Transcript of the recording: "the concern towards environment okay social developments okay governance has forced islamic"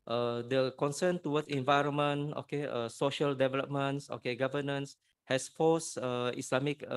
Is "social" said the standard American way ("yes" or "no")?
yes